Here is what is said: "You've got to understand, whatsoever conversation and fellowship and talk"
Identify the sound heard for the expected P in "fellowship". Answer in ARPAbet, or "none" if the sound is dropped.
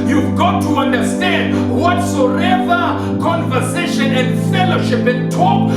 P